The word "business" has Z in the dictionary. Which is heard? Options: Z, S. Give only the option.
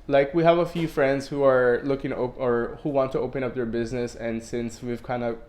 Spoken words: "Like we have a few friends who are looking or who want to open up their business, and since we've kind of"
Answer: Z